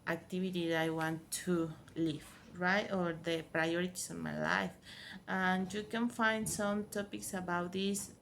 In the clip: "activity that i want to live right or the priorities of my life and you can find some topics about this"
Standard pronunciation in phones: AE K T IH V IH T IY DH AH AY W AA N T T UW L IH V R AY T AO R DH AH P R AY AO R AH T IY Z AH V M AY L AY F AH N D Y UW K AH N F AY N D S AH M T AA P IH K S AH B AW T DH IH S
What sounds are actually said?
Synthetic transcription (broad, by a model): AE K T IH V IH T IY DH AY W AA N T T UW L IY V R AY T AO R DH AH P R AY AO R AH T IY S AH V M AY L AY F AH N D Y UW K AH N F AY N D S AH M T AA P IH K S AH B AW T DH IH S